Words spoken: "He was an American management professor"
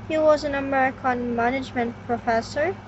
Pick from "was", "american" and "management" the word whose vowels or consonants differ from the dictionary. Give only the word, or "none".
none